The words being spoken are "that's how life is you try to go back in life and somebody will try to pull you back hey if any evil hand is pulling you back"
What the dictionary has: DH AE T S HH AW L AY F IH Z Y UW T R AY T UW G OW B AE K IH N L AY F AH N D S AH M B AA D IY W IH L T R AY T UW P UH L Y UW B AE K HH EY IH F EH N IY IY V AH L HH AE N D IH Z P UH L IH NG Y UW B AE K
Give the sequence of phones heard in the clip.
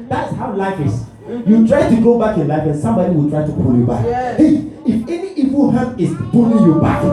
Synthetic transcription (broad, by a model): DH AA T S HH AW L AY F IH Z Y UW T R AY T UW G OW B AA K IH N L AY F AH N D S AH M B AA D IY W IH L T R AY T UW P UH L Y UW B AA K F IH F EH N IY IY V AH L HH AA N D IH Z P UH L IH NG Y UW B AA K